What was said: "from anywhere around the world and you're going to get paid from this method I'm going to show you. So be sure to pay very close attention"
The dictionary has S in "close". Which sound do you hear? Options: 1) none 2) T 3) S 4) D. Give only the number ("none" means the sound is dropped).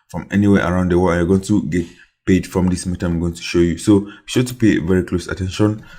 3